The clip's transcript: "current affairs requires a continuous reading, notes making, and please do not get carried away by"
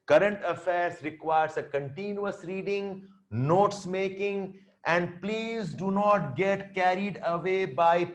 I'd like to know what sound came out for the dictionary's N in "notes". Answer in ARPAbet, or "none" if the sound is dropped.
N